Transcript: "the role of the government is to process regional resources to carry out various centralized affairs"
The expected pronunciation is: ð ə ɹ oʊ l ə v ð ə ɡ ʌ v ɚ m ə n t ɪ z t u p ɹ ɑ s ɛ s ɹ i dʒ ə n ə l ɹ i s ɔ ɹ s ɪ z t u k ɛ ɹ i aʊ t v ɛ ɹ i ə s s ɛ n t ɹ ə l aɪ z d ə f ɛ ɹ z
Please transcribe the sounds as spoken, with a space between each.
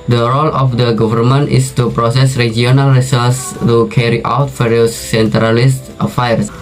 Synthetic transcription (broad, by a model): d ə ɹ oʊ l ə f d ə ɡ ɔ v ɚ m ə n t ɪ s t u p ɹ ɑ s ɛ s ɹ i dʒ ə n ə l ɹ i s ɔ l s t u k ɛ ɹ i aʊ t f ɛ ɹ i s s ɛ n t ɹ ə l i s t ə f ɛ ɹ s